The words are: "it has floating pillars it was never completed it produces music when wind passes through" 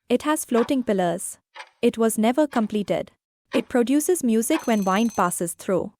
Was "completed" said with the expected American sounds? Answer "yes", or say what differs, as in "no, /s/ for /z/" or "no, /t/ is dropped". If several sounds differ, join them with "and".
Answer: yes